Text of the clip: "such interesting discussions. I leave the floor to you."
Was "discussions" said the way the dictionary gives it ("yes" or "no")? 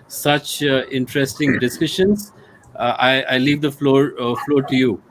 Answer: no